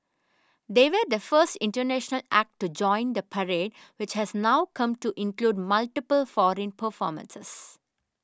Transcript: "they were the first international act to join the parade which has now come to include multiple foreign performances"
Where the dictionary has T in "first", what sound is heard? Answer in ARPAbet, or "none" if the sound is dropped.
T